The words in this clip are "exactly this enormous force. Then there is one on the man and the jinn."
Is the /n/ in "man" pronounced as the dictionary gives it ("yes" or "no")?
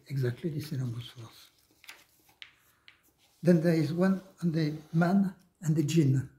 yes